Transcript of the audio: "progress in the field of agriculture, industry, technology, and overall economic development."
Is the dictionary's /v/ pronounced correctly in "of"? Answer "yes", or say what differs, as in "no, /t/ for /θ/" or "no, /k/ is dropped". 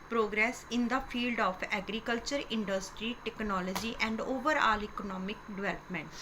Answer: no, /p/ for /v/